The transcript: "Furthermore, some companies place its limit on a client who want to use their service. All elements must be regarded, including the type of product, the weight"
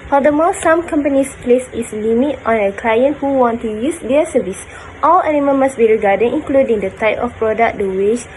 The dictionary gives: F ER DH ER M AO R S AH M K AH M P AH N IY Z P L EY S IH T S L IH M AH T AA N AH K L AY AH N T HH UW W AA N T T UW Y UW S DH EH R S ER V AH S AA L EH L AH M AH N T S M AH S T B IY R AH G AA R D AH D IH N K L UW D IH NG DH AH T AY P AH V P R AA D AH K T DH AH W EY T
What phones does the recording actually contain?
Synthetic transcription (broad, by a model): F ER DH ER M AO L S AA M K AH M P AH N IY S P L EY S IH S L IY M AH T AA N AH K L AY AH N T HH UW W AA N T T UW Y UW S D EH S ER V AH S AA L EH N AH M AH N M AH S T B IY R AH G AA D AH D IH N K L UW D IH NG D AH T AY P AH F P R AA D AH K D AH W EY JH